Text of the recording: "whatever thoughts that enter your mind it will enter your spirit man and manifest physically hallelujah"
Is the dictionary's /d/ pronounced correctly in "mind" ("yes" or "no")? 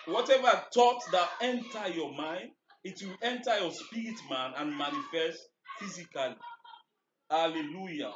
yes